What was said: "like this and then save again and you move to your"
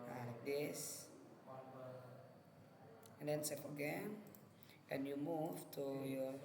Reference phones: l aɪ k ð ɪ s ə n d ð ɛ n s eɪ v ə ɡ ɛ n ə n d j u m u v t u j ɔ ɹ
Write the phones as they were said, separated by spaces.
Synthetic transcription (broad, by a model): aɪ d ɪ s ə n d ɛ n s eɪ f ə ɡ ɛ n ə n j u m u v t u j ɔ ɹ